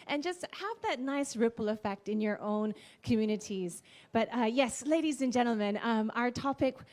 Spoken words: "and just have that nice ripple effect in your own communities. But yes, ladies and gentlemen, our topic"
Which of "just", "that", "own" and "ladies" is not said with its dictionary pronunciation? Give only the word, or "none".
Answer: none